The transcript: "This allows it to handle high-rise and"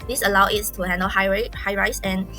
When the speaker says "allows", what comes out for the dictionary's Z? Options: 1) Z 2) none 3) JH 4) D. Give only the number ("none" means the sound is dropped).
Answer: 2